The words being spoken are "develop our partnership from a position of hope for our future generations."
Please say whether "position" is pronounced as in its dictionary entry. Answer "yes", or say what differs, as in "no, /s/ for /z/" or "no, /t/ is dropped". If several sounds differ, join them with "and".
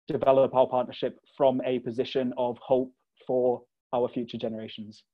yes